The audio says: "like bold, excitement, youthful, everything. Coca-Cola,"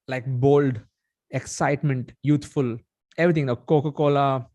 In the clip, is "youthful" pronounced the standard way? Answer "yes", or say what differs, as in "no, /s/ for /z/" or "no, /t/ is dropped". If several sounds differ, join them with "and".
no, /t/ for /θ/